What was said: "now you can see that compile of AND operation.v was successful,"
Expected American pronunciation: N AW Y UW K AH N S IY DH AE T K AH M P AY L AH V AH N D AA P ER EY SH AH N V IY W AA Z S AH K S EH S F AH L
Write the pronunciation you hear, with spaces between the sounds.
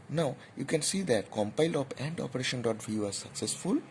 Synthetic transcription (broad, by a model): N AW Y UW K AH N S IY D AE T K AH M P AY L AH P AH N D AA P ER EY SH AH N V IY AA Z S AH K S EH S F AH L